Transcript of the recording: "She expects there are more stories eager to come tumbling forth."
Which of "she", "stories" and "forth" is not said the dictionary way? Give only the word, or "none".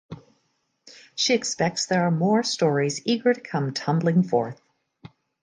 none